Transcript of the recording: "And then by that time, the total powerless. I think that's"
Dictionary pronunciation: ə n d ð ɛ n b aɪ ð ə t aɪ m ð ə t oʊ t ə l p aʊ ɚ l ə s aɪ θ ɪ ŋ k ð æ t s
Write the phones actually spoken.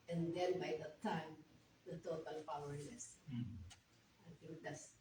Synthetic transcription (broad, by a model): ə n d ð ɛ n b aɪ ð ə t aɪ m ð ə t oʊ t ə l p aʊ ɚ n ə s aɪ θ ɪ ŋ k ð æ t s